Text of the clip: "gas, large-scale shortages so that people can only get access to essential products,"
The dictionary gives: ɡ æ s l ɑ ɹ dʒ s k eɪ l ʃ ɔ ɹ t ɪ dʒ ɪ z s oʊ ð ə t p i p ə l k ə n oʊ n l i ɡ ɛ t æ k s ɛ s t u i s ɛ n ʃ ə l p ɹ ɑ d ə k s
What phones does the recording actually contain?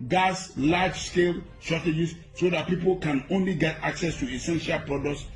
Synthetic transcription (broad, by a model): ɡ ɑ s l ɑ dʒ s k eɪ l s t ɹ t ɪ dʒ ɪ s s oʊ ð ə t p i p ə l k ə n oʊ n l i ɡ ɛ t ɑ k s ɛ s t u i s ɛ n ʃ ə l p ɹ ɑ d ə k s